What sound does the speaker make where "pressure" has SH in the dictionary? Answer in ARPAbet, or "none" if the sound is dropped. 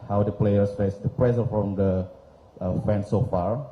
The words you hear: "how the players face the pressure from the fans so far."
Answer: S